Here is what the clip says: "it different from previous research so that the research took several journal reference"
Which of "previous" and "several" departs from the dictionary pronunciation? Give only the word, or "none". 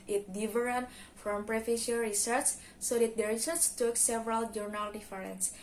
previous